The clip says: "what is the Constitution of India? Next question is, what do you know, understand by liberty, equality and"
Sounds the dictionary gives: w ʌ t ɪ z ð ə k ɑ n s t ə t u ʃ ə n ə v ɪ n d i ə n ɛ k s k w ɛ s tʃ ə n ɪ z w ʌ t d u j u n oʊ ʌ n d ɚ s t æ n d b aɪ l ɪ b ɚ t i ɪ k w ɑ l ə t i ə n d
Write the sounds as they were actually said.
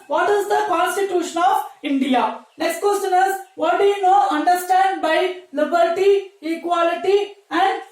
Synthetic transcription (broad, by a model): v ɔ t ɪ z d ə k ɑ n s t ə t u ʃ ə n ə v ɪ n d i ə n ɛ k s k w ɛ s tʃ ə n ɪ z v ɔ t d u j u n oʊ ʌ n d ɚ s t æ n d b aɪ l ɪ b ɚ t i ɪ k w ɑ l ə t i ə n d